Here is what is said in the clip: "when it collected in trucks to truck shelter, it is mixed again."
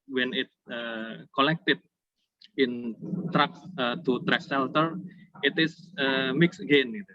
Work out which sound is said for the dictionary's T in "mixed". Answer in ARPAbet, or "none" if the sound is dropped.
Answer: none